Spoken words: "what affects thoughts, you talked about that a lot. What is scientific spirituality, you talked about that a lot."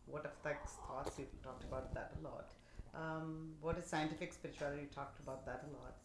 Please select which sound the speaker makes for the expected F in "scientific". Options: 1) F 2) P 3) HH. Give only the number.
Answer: 1